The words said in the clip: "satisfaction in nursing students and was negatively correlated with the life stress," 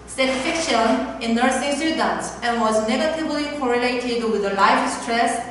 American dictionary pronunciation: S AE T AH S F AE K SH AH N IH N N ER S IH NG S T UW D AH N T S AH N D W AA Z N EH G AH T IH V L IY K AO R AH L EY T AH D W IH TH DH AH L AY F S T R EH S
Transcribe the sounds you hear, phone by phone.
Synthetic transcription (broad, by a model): S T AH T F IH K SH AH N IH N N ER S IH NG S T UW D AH N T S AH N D W AA Z N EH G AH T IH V L IY K AO R AH L EY T AH D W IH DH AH L AY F S T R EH S